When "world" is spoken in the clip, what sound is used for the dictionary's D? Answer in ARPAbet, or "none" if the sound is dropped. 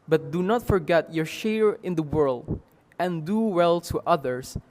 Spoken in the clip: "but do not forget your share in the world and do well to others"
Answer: D